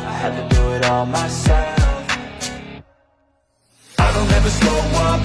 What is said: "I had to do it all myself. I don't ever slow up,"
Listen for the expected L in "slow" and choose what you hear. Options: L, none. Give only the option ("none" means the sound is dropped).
none